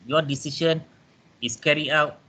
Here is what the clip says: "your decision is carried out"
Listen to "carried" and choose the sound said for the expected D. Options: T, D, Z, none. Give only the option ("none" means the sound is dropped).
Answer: none